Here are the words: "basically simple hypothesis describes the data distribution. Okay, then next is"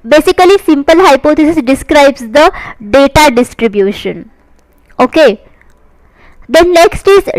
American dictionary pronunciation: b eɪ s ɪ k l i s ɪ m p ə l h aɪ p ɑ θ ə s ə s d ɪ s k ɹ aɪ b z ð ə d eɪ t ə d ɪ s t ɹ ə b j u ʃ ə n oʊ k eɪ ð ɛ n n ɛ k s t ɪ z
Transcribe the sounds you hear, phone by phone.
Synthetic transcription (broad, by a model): b eɪ s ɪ k l i s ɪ m p ə l h aɪ p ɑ t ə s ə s d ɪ s k ɹ aɪ b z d ə d eɪ t ə d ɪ s t ɹ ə b j u ʃ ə n oʊ k eɪ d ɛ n n ɛ k s t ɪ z